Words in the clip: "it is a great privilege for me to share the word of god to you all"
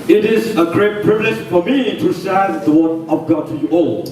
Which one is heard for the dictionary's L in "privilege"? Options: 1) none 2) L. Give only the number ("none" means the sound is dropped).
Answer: 2